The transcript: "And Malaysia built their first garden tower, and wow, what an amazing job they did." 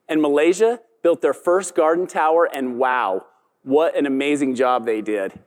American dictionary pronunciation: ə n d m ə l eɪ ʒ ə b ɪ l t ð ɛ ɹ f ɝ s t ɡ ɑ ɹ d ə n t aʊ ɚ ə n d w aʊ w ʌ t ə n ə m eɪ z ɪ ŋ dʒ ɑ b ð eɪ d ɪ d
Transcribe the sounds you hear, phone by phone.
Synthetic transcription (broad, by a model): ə n m ə l eɪ ʒ ə b ɪ l t ð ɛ ɹ f ɝ s t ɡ ɑ ɹ d n t aʊ ɚ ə n w aʊ w ʌ t ə n ə m eɪ z ɪ ŋ dʒ ɑ b ð eɪ d ɪ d